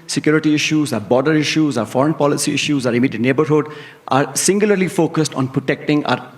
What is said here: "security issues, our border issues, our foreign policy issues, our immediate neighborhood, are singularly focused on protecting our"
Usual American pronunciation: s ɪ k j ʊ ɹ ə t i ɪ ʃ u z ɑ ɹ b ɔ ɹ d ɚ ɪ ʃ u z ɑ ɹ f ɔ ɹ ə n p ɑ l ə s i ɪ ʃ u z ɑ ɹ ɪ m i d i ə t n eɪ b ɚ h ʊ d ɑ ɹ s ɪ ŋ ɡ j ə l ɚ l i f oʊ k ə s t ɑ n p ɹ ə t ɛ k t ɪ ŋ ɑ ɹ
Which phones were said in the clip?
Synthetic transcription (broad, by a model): s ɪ k j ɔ ɹ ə t i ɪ ʃ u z ɑ ɹ b ɔ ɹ d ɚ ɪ ʃ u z ɑ ɹ f ɔ ɹ ə n p ɑ l ə s i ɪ ʃ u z ɑ ɹ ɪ m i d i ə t n eɪ b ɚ h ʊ d ɑ ɹ s ɪ ŋ ɡ j ə l ɚ l i f oʊ k ə s t ɑ n p ɹ ə t ɛ k t ɪ ŋ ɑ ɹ